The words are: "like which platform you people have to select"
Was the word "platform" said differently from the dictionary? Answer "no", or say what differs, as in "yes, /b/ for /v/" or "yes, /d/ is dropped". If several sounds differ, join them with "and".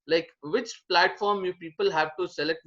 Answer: no